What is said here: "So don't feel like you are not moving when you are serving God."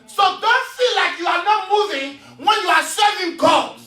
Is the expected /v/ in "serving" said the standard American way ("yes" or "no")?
no